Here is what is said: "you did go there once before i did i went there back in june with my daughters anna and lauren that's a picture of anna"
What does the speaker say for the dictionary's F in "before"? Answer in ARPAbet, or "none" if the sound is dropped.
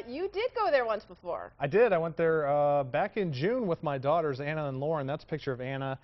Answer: F